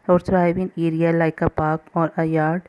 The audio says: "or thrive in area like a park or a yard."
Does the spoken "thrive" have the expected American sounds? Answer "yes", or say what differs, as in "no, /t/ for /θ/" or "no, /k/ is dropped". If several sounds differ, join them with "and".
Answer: no, /s/ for /θ/